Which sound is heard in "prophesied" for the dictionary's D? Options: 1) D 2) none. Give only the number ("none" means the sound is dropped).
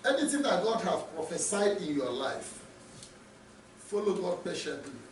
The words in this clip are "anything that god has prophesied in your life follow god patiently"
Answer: 1